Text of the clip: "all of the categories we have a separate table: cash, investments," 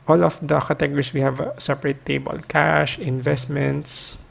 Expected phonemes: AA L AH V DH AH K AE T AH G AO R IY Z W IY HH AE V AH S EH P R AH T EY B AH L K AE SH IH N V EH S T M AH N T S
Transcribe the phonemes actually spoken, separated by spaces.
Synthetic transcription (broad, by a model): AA L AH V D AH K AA T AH G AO R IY S W IY HH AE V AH S EH P R AH T EY B AH L K AE SH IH N V EH S T M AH N T S